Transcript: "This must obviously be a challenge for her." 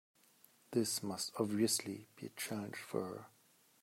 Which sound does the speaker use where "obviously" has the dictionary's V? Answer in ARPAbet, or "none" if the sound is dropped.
V